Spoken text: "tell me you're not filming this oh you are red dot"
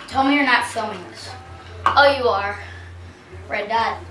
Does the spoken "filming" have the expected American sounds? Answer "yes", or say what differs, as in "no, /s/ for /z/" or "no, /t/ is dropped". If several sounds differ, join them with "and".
no, /l/ is dropped